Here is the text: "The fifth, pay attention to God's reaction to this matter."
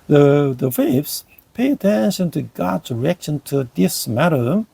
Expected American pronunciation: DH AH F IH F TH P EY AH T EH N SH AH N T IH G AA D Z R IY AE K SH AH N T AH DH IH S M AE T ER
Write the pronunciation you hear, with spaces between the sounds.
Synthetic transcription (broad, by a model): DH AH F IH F S P EY AH T EH N SH AH N T IH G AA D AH R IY K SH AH N T AH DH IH S M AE T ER